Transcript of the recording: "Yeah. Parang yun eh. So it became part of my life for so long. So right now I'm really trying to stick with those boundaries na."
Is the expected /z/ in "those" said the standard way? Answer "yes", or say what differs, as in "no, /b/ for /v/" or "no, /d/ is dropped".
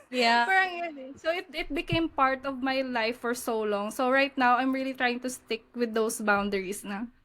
no, /s/ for /z/